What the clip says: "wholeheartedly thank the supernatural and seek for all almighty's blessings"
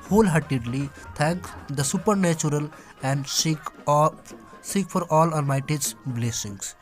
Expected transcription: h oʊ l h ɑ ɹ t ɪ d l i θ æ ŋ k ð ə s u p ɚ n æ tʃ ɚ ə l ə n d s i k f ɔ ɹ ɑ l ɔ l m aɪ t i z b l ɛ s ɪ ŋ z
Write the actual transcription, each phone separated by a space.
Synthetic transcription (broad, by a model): h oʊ l h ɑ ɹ t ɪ d l i t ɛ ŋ k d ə s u p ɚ n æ tʃ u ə l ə n d s i k f ɔ ɹ ɑ l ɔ n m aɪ t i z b l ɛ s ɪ ŋ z